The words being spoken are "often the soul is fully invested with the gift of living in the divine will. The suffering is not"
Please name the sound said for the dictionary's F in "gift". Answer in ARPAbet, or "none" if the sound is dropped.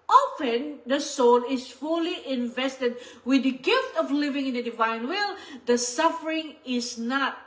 F